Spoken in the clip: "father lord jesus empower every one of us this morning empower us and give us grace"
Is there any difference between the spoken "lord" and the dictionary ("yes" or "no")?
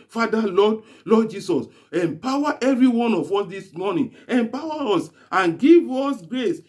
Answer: yes